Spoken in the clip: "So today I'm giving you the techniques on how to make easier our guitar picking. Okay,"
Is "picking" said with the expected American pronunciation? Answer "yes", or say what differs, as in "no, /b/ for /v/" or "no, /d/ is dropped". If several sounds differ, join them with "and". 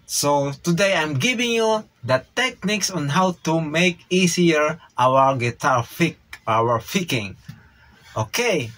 no, /f/ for /p/